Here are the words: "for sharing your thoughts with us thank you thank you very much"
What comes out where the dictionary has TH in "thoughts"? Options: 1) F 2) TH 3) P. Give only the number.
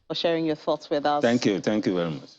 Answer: 2